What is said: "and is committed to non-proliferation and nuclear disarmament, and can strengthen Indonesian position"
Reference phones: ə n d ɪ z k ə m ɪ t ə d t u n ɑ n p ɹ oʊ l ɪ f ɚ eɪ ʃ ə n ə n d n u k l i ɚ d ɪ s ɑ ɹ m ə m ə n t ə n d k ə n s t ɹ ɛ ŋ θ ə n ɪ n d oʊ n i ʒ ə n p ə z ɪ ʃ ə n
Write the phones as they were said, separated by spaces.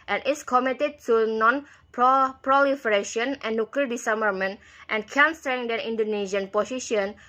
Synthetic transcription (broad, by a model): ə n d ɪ s k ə m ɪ t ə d t u n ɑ n p ɹ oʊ l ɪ f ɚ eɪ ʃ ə ə n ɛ n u k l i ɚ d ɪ s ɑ m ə m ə n t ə n k ə n s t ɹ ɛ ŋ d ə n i n d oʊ n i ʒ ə n p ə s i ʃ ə n